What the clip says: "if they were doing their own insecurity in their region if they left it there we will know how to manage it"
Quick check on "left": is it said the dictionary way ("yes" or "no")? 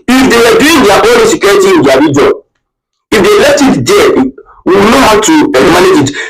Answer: yes